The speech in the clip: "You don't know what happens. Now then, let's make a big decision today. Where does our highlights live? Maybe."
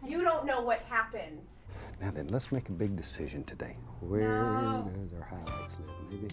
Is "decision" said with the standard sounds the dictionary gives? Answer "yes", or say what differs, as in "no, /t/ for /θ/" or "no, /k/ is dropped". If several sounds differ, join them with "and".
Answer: yes